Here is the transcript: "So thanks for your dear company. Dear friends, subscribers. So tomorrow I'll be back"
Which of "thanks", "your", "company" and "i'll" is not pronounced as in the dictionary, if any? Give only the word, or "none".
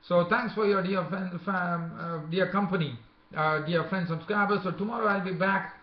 thanks